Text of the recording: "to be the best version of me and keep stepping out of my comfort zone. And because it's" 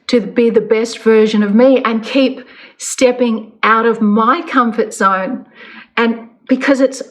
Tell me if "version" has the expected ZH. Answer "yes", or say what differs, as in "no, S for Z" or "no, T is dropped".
yes